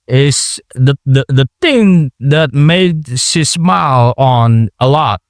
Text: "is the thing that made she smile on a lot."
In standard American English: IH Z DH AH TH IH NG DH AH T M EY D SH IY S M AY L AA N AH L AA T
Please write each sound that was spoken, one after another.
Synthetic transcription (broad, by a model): IH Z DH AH TH IH NG DH AH T M EY D S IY S M AY L N AH L AA T